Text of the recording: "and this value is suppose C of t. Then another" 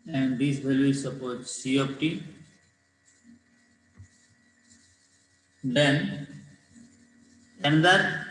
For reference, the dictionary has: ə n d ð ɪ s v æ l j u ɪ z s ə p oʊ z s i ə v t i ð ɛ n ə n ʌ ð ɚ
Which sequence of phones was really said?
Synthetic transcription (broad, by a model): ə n d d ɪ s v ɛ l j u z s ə p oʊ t s i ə p t i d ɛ n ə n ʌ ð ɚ